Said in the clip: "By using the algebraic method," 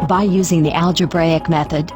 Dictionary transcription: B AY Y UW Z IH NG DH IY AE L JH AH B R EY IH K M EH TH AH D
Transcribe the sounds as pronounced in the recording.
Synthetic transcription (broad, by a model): B AY Y UW Z IH NG DH IY AE L JH AH B R EY IH K M EH TH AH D